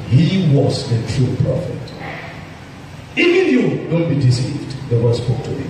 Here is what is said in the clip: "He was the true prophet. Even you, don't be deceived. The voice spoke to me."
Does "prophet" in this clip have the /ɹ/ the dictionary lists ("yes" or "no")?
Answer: no